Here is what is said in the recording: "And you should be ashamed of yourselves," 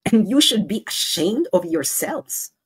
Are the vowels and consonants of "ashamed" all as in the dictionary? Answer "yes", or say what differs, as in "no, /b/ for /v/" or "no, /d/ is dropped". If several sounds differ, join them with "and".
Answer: yes